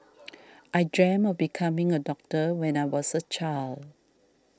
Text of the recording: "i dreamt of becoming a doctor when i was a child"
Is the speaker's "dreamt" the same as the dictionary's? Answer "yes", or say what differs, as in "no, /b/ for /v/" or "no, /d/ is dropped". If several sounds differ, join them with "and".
no, /t/ is dropped